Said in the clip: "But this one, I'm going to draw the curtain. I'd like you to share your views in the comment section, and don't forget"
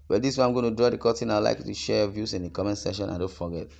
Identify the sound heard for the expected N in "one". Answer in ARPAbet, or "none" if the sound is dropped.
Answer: none